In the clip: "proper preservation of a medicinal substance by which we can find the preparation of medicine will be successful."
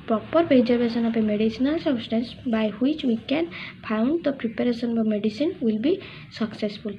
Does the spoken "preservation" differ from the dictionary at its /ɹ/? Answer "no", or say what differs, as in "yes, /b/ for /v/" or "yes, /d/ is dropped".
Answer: yes, /ɹ/ is dropped